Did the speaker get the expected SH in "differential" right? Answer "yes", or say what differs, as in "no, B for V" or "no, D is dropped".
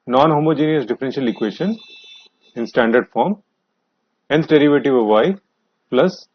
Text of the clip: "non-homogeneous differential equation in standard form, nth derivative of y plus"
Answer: yes